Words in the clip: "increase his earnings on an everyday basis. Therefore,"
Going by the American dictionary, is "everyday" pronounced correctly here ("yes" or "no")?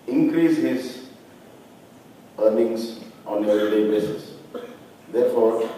no